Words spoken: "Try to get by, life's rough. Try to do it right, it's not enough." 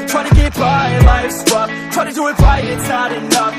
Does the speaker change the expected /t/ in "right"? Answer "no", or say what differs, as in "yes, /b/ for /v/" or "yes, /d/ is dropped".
yes, /t/ is dropped